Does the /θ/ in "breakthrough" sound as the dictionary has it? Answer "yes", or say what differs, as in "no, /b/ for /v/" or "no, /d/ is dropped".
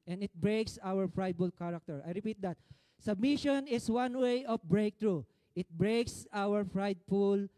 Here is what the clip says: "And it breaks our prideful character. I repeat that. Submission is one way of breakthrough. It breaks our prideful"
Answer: no, /t/ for /θ/